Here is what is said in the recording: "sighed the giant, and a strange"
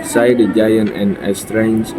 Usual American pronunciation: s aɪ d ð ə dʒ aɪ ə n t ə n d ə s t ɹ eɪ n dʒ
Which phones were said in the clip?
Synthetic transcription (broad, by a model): s aɪ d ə dʒ aɪ ə n t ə n ə s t ɹ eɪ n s